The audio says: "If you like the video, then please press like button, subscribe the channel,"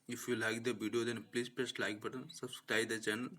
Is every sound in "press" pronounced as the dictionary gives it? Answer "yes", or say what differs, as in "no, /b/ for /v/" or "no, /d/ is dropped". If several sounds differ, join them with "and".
no, /l/ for /ɹ/